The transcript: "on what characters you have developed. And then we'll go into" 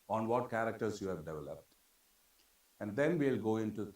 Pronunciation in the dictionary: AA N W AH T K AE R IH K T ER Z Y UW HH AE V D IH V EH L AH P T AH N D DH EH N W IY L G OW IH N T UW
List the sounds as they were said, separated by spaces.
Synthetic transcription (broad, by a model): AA N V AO T K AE R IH K T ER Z Y UW HH AE V D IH V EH L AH P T AH N D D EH N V IY L G OW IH N T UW